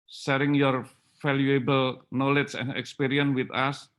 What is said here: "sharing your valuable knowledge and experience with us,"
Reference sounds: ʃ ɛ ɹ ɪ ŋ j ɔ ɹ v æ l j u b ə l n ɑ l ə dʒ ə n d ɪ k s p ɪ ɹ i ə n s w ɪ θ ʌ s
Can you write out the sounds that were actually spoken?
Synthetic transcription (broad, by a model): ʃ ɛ ɹ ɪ ŋ j ɔ ɹ f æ l j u b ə l n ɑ l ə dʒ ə n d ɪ k s p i ɹ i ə n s w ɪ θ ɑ s